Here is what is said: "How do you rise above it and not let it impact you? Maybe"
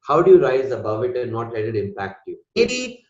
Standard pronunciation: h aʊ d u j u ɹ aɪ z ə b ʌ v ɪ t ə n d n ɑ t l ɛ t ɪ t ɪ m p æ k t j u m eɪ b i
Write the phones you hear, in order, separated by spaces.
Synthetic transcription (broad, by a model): h aʊ d u j u ɹ aɪ z ə b ʌ v ɪ t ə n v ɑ t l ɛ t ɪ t ɪ m p æ k t j u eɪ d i